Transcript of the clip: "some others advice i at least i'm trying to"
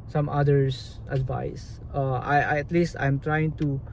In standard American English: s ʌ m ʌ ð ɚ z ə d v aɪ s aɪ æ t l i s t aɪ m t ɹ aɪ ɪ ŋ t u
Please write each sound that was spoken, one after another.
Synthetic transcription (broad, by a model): s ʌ m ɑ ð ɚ s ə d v aɪ s aɪ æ t l i s t aɪ m t ɹ aɪ ɪ ŋ t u